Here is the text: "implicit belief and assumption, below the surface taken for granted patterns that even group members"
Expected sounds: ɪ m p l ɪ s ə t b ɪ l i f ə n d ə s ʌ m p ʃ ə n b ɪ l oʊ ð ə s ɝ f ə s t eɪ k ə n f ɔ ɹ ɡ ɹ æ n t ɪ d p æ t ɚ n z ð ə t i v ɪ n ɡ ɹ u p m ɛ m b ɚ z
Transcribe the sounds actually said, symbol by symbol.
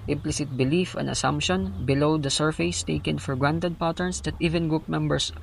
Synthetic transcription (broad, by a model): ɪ m p l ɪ s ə t b ɪ l i f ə n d ə s ʌ m p ʃ ə n b ɪ l oʊ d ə s ɝ f ə s t eɪ k ə n f ɔ ɹ ɡ ɹ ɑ n t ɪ d p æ t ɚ n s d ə t i v ɪ n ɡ u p m ɛ m b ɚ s